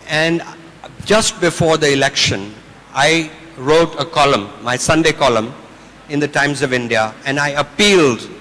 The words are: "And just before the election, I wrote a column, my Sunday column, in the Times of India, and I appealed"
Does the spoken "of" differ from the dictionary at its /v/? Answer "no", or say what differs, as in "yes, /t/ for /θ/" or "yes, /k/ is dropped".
no